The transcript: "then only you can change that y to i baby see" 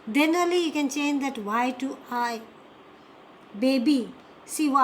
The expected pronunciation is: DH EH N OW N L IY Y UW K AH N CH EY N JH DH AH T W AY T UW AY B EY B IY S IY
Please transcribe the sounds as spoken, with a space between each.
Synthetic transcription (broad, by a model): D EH N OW L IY Y UW K AH N CH EY N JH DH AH T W AY T UW AY B EY B IY S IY